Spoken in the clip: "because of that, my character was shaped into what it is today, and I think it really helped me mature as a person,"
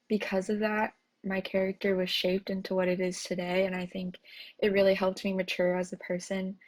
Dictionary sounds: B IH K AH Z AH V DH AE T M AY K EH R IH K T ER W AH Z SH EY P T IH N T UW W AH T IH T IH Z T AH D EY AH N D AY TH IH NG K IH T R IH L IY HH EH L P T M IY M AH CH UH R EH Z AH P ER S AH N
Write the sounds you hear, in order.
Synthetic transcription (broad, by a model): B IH K AH Z AH V DH AE T M AY K EH R IH K T ER W AH Z SH EY P T IH N T UW W AH T IH T IH Z T AH D EY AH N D AY TH IH NG K IH T R IH L IY HH EH L P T M IY M AH CH UH R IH Z AH P ER S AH N